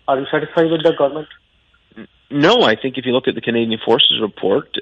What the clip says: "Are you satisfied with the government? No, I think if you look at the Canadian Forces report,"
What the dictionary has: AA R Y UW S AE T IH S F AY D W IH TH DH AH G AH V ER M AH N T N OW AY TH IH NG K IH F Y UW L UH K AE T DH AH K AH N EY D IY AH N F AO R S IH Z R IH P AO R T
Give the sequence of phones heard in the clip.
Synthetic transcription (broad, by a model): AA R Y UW S AE T IH S F AY D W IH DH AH G AH V ER M AH N T N OW AY TH IH NG K IH F Y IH L UH K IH T DH AH K AH N EY D IY AH N F AO R S IH Z R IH P AO R T